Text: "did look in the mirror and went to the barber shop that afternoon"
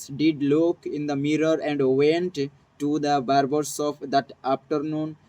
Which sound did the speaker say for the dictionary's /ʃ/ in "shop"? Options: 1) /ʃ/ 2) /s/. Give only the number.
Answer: 2